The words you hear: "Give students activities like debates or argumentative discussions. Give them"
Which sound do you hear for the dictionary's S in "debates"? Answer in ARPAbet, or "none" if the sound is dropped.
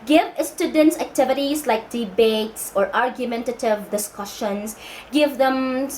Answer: S